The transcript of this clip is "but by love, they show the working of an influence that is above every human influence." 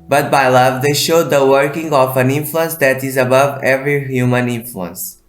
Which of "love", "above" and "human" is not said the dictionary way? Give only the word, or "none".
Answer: none